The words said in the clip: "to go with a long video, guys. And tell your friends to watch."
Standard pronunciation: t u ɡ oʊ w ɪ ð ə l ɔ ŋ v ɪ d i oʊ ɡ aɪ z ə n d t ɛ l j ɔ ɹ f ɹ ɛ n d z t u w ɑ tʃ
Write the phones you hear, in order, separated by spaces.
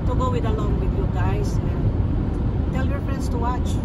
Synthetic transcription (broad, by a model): t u ɡ oʊ w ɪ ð ə l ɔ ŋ w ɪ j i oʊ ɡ aɪ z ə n t ɛ l j ɔ ɹ f ɹ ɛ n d s t u w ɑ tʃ